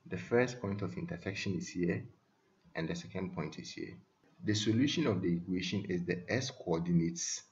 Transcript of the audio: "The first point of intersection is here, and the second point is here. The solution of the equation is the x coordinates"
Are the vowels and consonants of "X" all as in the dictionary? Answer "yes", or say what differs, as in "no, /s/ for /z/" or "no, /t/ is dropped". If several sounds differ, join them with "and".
no, /k/ is dropped